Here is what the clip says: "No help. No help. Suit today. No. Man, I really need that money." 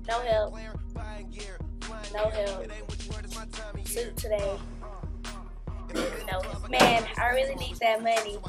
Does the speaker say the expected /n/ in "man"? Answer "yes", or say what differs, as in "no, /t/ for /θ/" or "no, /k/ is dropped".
yes